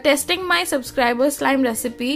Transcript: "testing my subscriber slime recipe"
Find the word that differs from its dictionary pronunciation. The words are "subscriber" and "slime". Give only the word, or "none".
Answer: none